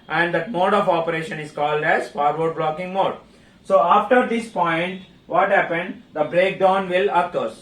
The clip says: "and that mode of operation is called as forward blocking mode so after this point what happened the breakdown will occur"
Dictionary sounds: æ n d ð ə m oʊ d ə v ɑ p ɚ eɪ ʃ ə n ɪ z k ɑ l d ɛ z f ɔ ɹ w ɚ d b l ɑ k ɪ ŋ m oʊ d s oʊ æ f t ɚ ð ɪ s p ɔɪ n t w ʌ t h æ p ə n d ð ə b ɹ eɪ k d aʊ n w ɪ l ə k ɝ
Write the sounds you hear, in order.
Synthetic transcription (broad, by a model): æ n d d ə m oʊ d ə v ɑ p ɚ eɪ ʃ ə n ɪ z k ɑ l d ɛ z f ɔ ɹ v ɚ d b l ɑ k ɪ ŋ m oʊ d s oʊ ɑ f t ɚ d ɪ s p ɔɪ n t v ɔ t h æ p ə n d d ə b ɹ eɪ k d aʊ n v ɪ l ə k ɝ